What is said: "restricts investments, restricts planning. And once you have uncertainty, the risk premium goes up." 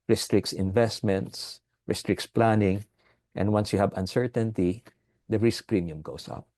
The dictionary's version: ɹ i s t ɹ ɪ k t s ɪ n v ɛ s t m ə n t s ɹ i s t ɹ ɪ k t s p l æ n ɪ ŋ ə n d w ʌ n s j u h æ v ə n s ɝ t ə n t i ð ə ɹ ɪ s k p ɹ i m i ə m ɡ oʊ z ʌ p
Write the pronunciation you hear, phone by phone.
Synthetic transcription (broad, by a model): ɹ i s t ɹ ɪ k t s ɪ n v ɛ s t m ə n t s ɹ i s t ɹ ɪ k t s p l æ n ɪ ŋ ə n d w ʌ n s j u h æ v ə n s ɝ t ə n t i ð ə ɹ ɪ s k p ɹ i m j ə m ɡ oʊ s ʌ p